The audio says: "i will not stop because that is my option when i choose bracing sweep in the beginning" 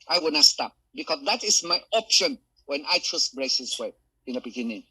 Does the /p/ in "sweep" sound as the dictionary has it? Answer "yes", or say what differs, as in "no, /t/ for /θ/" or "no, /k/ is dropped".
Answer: no, /p/ is dropped